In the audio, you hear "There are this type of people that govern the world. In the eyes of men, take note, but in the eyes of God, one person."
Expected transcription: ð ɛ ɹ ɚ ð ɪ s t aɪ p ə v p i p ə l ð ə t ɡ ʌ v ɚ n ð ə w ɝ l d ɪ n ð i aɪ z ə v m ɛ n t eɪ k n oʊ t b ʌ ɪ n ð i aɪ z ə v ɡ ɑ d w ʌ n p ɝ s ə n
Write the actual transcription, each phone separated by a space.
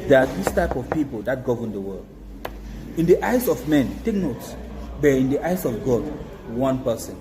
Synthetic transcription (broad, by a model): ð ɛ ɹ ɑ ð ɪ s t aɪ p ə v p i p ə l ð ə t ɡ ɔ v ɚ n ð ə w ɝ l d ɪ n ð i aɪ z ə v m ɛ n t eɪ k n oʊ t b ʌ ɪ n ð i aɪ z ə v ɡ ɑ d w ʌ n p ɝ s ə n